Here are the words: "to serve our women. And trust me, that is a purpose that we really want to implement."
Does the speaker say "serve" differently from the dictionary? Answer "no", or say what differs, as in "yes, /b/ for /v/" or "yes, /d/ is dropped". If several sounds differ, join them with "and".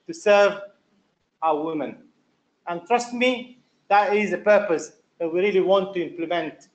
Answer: no